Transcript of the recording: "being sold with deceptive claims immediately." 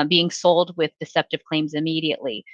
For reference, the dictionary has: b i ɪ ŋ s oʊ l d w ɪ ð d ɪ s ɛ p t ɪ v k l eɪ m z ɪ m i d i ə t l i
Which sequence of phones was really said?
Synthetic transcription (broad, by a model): b i ɪ ŋ s oʊ l d w ɪ ð d ɪ s ɛ p t ɪ v k l eɪ m z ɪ m i d i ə t l i